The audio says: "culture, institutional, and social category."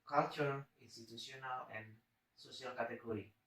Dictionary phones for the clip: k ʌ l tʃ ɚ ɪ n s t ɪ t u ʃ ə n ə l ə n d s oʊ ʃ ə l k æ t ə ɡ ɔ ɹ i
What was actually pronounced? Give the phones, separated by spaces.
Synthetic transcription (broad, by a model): k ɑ l tʃ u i n s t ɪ t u s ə n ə l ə n s oʊ s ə l k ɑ t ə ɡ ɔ ɹ i